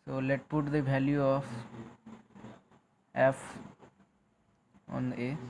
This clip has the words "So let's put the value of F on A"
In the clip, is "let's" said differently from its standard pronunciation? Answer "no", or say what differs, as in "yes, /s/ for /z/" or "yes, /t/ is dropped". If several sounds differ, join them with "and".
yes, /s/ is dropped